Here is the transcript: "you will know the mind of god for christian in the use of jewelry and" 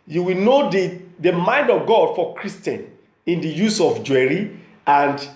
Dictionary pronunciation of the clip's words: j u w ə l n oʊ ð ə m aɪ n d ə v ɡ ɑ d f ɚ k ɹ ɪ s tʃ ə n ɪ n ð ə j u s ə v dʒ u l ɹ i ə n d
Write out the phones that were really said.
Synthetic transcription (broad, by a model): j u w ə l n oʊ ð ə m aɪ n d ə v ɡ ɑ d f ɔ k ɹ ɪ s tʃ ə n ɪ n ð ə j u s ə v dʒ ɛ ɹ i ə n d